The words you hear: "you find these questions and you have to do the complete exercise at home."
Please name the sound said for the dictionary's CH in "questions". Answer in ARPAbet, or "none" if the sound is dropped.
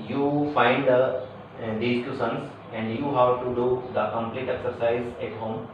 none